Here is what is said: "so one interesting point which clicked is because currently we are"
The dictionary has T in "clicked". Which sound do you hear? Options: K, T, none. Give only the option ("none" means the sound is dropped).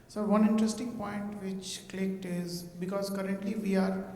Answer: T